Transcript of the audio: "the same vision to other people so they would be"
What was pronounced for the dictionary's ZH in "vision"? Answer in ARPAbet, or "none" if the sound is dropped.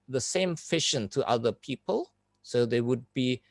SH